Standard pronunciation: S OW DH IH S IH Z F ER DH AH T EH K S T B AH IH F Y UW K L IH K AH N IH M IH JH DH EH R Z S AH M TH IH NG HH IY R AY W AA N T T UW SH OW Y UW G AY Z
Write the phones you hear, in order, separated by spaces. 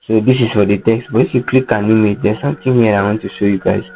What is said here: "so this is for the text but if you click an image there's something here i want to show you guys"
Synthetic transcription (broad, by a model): S OW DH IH S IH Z F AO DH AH T EH K S T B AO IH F Y UW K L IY K AH N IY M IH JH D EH S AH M T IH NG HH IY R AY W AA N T T UW SH OW Y UW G AY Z